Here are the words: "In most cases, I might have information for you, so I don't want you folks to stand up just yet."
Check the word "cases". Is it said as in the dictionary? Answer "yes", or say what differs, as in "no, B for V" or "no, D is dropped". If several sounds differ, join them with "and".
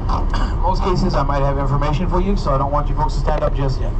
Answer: yes